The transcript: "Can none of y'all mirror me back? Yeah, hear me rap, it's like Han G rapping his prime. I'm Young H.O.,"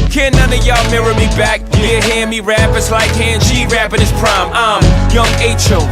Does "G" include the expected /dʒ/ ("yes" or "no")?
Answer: no